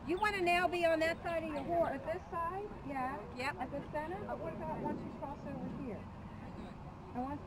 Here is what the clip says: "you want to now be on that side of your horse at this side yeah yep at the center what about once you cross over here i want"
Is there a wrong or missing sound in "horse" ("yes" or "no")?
yes